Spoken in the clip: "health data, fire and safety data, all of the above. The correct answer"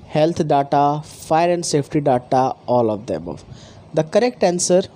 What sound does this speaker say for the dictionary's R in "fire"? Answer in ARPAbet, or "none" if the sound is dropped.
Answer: R